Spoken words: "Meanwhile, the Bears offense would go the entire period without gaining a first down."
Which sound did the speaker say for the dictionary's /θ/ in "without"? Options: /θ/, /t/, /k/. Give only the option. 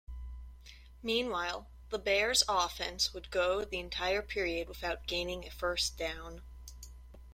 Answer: /θ/